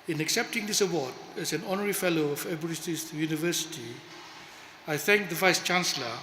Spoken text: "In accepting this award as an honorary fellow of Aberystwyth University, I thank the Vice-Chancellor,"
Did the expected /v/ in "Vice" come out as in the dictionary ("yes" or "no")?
yes